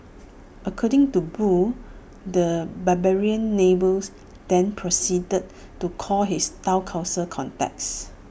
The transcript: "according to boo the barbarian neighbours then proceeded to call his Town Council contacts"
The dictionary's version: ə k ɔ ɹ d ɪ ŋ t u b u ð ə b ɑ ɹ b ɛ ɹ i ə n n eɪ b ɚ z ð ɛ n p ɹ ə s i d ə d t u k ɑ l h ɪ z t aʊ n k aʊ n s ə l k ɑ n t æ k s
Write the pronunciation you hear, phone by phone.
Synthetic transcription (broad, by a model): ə k ɔ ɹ d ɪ ŋ t u b u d ə b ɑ b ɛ ɹ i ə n n eɪ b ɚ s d ɛ n p ɹ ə s i d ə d t u k ɑ l h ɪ s t aʊ k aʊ s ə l k ɑ n t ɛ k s